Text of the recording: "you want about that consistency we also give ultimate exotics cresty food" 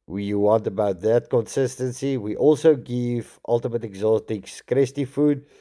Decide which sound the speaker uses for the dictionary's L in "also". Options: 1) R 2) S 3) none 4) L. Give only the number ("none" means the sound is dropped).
4